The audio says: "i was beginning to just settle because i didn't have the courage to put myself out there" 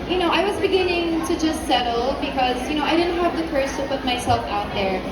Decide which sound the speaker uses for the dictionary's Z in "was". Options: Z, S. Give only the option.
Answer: Z